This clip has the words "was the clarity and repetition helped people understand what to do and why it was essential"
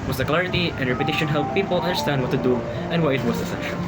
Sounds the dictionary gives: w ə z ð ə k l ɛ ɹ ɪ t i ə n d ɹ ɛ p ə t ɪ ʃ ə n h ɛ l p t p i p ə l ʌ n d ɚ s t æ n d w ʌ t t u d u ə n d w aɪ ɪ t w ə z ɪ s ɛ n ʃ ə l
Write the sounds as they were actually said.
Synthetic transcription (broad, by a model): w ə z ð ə k l ɛ ɹ ɪ t i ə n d ɹ ɛ p ə t ɪ ʃ ə n h ɛ l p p i p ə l ʌ n d ɚ s t æ n d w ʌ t t u d u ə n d w aɪ ɪ t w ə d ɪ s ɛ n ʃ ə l